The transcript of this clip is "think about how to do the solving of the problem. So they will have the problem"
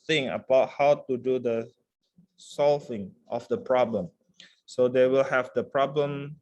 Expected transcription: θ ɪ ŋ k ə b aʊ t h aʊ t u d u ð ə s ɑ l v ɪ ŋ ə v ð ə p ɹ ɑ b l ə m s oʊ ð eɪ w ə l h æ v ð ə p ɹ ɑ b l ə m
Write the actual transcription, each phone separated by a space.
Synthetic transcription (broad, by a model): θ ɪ ŋ ə b aʊ t h aʊ t u d u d ə s ɑ l v ɪ ŋ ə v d ə p ɹ ɑ b l ə m s oʊ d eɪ w ə l h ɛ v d ə p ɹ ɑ b l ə m